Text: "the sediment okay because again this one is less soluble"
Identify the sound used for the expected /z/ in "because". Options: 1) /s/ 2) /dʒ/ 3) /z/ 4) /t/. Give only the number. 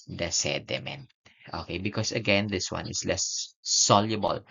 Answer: 1